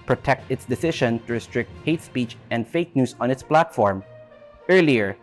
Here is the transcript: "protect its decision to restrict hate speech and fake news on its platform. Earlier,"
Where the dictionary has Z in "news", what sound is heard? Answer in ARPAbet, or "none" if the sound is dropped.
S